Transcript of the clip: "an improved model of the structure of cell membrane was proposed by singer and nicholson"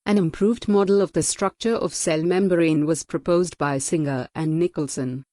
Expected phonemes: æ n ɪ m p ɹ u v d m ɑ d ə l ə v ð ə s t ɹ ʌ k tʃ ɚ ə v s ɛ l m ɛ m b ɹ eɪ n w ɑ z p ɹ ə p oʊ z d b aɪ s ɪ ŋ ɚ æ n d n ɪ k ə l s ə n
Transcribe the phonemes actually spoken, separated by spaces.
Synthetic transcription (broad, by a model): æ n ɪ m p ɹ u v d m ɑ d ə l ə v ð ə s t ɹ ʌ k tʃ ɚ ə v s ɛ l m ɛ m b ɹ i n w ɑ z p ɹ ə p oʊ z d b aɪ s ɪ ŋ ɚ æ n n ɪ k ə l s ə n